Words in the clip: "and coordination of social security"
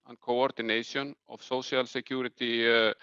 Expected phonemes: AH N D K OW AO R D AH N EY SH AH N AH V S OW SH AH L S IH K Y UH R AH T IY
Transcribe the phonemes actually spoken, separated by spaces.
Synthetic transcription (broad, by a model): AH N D K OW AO R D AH N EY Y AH N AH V S OW S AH L S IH K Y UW R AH T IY